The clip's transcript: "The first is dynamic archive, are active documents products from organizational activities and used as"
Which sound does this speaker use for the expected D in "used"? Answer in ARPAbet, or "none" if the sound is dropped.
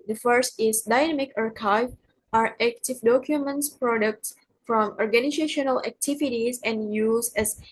none